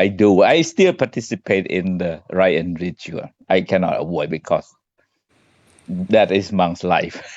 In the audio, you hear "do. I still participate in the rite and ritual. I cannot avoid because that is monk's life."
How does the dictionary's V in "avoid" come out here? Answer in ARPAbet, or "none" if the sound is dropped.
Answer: W